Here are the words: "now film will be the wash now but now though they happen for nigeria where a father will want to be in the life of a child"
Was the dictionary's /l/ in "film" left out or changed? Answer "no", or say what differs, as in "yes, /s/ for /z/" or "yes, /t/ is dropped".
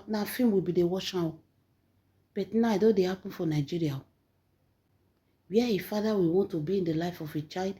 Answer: yes, /l/ is dropped